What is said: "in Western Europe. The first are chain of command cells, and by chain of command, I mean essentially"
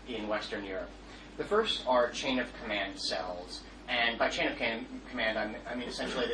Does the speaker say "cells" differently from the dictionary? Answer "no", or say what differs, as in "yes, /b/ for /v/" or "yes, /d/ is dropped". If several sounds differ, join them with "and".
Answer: no